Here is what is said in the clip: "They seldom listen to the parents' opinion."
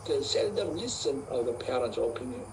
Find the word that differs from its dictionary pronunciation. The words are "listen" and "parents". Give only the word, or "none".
parents